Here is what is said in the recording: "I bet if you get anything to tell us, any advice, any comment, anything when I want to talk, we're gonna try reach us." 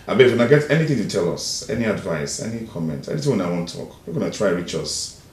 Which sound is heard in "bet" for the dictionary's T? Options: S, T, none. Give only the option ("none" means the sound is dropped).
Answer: none